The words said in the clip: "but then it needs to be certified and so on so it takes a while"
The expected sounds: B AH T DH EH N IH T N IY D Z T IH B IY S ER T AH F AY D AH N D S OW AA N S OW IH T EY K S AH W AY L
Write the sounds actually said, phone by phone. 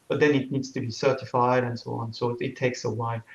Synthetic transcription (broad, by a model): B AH T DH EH N IH T N IY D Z T IH B IY S ER T AH F AY D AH N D S OW AA N S OW IH T EY K S AH W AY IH